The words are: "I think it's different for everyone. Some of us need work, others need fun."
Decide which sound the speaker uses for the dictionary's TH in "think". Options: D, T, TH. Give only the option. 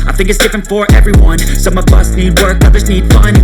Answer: TH